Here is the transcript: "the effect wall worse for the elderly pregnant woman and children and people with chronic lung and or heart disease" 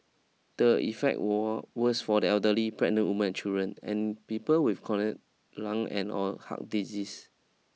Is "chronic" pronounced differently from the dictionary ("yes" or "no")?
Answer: yes